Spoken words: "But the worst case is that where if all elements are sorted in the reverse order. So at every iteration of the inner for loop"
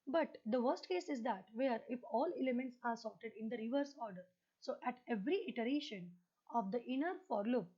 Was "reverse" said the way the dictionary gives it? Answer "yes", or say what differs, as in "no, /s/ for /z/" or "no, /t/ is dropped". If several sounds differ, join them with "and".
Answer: yes